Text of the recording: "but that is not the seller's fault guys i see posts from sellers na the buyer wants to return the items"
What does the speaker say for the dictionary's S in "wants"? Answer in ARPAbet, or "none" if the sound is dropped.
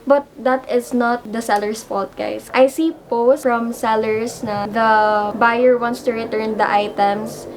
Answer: S